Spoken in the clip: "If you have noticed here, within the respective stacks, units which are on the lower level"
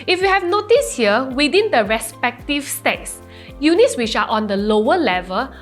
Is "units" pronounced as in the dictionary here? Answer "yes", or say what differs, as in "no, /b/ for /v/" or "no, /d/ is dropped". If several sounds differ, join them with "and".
yes